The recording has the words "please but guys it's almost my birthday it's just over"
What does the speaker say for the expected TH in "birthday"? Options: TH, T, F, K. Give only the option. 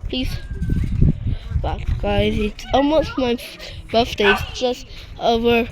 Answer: F